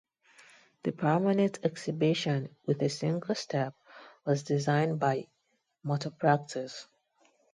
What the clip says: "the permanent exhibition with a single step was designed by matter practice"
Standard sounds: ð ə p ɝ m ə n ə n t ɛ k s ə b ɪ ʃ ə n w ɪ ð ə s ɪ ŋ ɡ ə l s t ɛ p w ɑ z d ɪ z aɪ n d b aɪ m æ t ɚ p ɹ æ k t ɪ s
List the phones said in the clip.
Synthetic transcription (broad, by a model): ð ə p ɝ m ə n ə n t ɛ k s ə b ɪ ʃ ə n w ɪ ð ə s ɪ ŋ ɡ ə l s t ɛ p w ɑ z d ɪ z aɪ n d b aɪ m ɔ t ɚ p ɹ æ k t ɪ s